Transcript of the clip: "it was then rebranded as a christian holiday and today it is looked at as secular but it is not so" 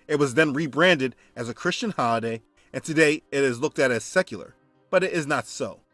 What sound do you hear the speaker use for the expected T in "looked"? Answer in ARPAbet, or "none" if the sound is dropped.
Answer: T